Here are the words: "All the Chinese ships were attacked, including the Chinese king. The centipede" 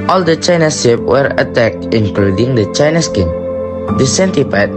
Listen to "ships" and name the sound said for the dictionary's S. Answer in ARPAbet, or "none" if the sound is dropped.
none